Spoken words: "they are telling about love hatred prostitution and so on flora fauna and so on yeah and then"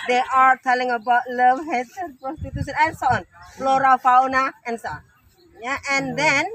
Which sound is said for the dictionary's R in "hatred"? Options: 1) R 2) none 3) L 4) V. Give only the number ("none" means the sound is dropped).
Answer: 2